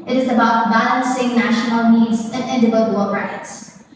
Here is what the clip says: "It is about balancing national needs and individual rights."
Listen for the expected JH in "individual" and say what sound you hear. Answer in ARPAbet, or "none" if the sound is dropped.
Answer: none